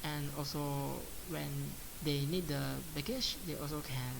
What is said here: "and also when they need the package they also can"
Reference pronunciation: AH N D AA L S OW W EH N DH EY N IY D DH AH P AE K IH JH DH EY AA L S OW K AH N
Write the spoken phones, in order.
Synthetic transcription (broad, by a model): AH N AA L S OW W EH N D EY N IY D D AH B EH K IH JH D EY AA L S OW K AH N